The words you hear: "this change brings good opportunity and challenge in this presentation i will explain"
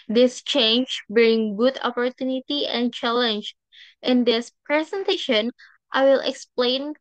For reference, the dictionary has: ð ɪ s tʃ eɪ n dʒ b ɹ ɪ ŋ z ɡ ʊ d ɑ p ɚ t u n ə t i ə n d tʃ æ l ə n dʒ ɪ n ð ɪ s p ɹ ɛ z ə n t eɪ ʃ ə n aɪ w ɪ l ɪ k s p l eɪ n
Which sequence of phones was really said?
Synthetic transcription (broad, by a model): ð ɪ s tʃ eɪ n dʒ b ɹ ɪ ŋ ɡ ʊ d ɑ p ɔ t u n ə t i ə n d tʃ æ l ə n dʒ ɪ n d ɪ s p ɹ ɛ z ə n t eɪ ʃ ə n aɪ w ɪ l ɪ k s p l eɪ n